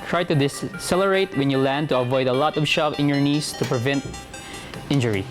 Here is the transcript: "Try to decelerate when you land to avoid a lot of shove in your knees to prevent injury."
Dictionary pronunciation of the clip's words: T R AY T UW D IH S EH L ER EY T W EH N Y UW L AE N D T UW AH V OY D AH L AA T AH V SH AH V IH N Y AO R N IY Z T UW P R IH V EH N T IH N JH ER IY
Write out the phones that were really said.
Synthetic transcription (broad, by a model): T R AY T UW D IH S EH L ER EY T W EH N Y UW L AE N D T UW AH V OY D AH L AA T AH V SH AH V IH N Y AO R N IY S T UW P R IH V EH N T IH N JH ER IY